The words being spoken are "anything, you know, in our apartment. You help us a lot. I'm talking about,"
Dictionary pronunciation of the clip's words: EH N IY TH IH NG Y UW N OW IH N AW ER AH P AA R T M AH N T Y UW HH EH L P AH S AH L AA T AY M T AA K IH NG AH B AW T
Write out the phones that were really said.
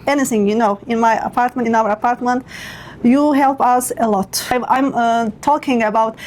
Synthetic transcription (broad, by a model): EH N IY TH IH NG Y UW N OW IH N AW ER AH P AA R T M AH N T Y UW HH EH L P AH S AH L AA T AY M T AA K IH NG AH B AW T